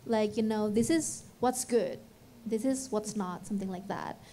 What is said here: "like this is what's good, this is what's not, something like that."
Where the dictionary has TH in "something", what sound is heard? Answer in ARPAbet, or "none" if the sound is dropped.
TH